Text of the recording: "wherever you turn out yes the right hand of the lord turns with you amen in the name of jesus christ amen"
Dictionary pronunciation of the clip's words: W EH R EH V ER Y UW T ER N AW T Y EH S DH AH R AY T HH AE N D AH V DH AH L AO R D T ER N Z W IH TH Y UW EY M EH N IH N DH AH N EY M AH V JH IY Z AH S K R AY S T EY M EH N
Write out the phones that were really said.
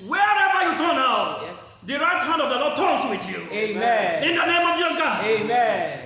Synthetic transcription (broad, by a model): W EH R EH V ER Y UW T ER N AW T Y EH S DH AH R AY T HH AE N D AH V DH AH L AO D T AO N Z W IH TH Y UW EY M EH IH N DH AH N EY M AH V JH IY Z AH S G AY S EY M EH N